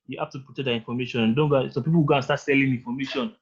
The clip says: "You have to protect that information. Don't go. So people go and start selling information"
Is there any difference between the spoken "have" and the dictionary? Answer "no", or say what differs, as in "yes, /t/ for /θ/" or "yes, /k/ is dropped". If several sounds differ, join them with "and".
yes, /f/ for /v/